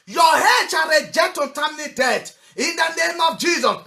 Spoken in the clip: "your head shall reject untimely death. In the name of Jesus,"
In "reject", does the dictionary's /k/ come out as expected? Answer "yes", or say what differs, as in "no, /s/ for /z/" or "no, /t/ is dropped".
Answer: no, /k/ is dropped